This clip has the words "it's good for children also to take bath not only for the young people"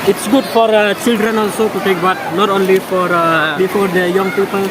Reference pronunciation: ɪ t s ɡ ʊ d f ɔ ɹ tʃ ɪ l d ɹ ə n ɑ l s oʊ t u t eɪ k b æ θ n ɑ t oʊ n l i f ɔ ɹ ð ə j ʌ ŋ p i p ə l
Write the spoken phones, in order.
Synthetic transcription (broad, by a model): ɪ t s ɡ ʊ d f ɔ ɹ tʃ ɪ l d ɹ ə n ɑ l s oʊ t u t eɪ k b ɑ t n ɑ t oʊ n l i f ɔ ɹ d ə j ʌ ŋ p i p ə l